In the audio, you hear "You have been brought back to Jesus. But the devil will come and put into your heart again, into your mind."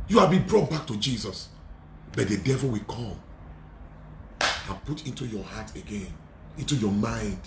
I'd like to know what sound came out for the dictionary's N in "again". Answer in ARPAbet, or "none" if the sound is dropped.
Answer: N